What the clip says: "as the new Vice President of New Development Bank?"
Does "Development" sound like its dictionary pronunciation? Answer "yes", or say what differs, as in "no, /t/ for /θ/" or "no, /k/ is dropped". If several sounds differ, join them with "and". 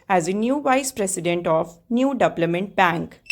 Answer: no, /p/ is dropped